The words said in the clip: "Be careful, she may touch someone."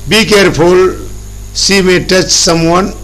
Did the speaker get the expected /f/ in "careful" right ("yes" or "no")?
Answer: no